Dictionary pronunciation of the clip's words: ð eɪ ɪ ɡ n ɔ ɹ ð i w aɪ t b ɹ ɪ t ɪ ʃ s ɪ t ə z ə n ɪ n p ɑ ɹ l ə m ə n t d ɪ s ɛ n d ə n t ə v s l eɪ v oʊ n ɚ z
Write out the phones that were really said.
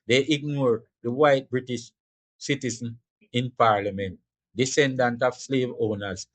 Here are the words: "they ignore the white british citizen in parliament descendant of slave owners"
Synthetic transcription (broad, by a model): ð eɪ ɪ ɡ n ɔ ɹ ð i w aɪ t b ɹ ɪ t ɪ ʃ s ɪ t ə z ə n ɪ n p ɑ ɹ l ə m ə n t d ɪ s ɛ n d ə n t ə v s l eɪ v oʊ n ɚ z